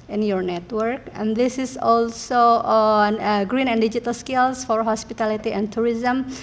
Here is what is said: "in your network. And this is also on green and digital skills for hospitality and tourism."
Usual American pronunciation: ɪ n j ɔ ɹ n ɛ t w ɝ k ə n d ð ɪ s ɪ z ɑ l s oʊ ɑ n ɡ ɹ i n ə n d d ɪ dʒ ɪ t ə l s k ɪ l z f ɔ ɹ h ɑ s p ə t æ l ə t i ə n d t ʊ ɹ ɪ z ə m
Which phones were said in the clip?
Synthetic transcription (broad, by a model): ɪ n j ɔ ɹ n ɛ t w ɝ k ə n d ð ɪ s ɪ s ɑ l s oʊ ɑ n ɡ ɹ i n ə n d d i dʒ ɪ t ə l s k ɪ l s f ɔ ɹ h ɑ s p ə t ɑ l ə t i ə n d t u ɹ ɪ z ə m